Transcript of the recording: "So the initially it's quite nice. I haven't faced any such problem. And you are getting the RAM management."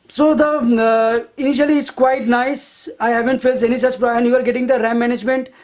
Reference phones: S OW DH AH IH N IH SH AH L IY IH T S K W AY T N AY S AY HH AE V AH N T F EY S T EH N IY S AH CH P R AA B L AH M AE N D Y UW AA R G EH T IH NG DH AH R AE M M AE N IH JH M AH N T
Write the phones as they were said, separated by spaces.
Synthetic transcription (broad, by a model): S OW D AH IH N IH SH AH L IY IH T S K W AY T N AY S AY HH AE V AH N T F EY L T EH N IY S AH CH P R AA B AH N Y UW AA R G EH T IH NG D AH R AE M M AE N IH JH M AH N T